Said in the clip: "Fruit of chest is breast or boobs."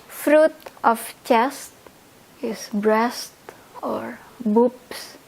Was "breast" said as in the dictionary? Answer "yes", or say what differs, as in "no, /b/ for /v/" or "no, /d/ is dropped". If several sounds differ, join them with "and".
yes